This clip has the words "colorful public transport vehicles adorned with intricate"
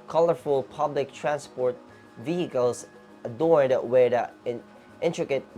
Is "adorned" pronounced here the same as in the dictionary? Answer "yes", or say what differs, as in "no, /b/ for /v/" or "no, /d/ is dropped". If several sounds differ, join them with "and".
no, /n/ is dropped